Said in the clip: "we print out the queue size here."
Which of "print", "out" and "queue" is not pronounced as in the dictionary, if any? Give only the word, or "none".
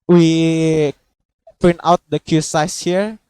print